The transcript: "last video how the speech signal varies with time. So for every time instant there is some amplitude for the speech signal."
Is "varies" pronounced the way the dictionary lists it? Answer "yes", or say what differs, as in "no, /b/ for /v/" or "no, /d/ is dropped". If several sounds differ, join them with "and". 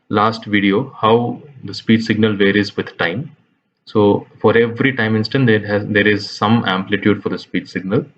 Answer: yes